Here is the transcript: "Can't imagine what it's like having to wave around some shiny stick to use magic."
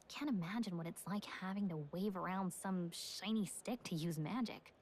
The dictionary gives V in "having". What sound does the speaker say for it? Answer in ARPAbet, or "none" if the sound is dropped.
V